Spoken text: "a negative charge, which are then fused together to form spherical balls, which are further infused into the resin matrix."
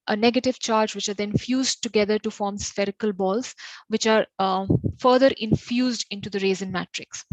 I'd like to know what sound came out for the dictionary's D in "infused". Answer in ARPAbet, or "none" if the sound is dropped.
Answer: D